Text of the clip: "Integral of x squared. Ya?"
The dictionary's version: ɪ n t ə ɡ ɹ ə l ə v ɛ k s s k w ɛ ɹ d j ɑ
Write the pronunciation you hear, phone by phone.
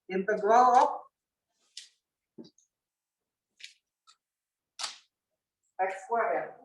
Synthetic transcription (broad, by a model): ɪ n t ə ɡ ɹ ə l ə p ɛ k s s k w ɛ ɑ